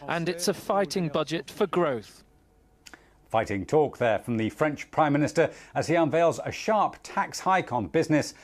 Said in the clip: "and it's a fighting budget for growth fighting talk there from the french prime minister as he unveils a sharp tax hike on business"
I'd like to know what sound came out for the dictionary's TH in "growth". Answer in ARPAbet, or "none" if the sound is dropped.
TH